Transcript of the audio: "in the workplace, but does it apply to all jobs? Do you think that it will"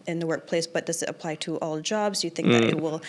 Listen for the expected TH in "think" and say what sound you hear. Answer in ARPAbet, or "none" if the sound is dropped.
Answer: TH